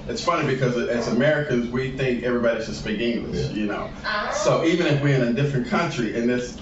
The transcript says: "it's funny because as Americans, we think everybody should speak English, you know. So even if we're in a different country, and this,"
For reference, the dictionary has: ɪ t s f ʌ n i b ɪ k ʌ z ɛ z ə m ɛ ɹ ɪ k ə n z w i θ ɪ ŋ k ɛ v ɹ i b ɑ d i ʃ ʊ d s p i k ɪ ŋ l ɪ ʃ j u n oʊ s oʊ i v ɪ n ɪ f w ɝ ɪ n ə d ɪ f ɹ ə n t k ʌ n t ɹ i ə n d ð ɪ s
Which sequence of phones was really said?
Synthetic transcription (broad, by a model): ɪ t s f ʌ n i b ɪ k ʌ z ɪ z ə m ɛ ɹ ɪ k ə n z w i θ ɪ ŋ k ɛ v ɹ i b ɑ d i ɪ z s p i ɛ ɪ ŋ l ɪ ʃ j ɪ n oʊ s oʊ i v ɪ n ɪ f w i ɪ n ə d ɪ f ɹ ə n k ʌ n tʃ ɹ i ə n ð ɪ s